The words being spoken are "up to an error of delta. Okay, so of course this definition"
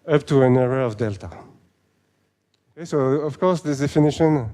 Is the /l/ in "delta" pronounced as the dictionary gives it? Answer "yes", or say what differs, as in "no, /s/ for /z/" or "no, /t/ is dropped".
yes